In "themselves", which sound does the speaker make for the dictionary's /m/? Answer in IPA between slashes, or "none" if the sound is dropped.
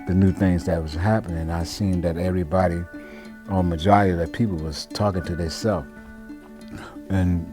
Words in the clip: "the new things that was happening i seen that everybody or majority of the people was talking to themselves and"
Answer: none